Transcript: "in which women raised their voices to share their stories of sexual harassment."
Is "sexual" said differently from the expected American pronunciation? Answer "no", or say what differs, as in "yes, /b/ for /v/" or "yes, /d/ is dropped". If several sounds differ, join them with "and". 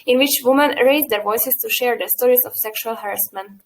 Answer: no